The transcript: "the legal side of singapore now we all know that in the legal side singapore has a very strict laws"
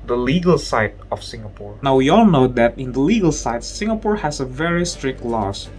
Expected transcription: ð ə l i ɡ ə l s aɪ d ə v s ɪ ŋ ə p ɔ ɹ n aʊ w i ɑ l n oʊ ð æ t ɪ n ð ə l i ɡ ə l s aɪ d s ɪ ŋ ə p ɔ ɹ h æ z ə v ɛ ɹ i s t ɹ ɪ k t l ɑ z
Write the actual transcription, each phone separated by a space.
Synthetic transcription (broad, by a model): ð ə l i ɡ ə l s aɪ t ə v s ɪ ŋ ə p ɔ ɹ n aʊ w i ɑ l n oʊ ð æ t ɪ n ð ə l i ɡ ə l s aɪ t s ɪ ŋ ə p ɔ ɹ h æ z ə v ɛ ɹ i s t ɹ ɪ k t l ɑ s